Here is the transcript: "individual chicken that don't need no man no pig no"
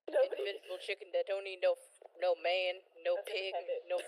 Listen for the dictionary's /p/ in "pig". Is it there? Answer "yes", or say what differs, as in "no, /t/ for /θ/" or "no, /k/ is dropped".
yes